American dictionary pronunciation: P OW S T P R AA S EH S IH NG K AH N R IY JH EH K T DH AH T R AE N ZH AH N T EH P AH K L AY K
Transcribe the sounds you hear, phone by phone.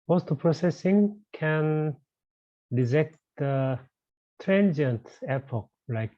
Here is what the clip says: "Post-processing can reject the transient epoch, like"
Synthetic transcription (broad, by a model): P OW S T P R AA S EH S IH NG K AH N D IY Z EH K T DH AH T R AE N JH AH N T EH P AH K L AY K